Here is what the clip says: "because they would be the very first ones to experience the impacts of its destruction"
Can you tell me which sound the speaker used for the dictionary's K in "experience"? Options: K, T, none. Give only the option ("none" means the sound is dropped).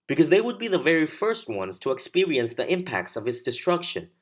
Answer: K